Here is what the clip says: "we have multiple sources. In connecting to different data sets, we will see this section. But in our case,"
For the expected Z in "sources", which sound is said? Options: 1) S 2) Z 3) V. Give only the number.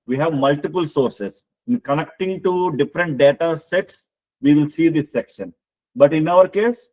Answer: 1